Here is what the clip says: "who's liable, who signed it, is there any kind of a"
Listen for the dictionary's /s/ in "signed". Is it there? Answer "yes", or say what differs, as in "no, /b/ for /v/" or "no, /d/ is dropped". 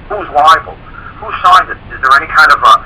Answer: no, /ʃ/ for /s/